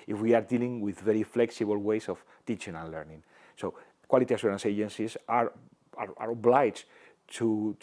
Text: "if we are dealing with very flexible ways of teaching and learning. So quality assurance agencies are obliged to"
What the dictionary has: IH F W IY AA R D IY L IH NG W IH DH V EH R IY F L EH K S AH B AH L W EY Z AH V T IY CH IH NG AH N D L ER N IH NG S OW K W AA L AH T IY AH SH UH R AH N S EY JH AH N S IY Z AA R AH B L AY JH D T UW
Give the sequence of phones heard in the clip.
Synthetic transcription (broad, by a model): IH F W IY AA R D IY L IH NG W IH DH V EH R IY F L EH K S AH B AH L W EY S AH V T IY CH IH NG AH N L ER N IH NG S OW K W AA L AH T IY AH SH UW R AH N S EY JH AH N S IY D AA R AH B L AY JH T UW